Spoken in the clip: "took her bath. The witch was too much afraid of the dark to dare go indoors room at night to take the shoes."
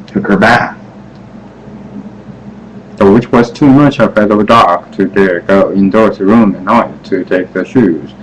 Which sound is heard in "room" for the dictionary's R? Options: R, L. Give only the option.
R